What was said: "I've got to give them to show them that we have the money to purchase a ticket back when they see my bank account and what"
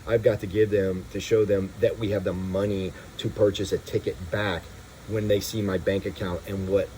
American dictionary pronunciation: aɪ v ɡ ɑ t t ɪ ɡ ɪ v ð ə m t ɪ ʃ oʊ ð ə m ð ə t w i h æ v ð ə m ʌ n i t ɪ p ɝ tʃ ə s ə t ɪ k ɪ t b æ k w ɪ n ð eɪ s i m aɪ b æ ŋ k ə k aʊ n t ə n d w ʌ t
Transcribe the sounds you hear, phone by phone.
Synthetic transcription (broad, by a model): aɪ v ɡ ɑ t t ɪ ɡ ɪ v ð ə m t ɪ ʃ oʊ ð ə m ð ə t w i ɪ v ð ə m ʌ n i t ɪ p ɝ tʃ ə s ə t ɪ k ɪ t b æ k w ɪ n ð eɪ s i m aɪ b æ ŋ k ə k aʊ n t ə n w ʌ t